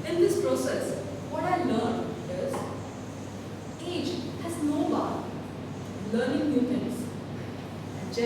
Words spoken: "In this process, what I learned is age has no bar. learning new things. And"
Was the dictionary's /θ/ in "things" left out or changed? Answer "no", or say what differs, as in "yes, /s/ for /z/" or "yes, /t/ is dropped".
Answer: yes, /f/ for /θ/